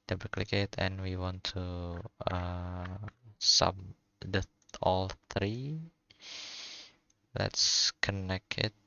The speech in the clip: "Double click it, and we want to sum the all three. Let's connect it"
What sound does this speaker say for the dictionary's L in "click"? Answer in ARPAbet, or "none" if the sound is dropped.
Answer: L